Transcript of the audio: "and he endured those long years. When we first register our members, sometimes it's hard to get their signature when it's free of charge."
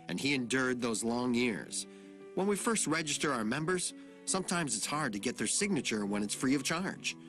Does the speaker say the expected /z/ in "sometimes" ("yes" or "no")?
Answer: yes